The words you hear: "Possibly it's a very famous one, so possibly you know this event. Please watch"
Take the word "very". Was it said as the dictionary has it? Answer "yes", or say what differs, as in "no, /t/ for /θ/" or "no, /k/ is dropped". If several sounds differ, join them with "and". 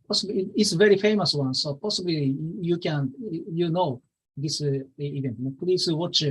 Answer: yes